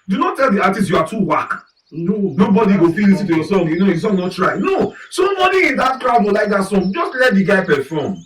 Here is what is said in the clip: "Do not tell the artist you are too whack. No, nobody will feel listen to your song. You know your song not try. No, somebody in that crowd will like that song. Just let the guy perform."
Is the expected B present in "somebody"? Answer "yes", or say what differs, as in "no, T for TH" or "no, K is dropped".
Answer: no, B is dropped